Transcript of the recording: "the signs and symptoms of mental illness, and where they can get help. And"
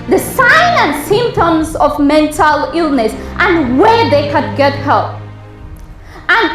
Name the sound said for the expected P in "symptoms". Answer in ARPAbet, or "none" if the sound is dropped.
P